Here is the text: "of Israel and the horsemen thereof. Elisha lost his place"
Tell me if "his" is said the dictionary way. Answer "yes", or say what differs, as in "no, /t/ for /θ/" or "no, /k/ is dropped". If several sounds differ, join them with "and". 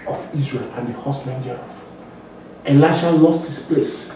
no, /s/ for /z/